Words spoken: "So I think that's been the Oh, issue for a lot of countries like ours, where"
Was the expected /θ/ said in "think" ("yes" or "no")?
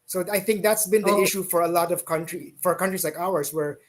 yes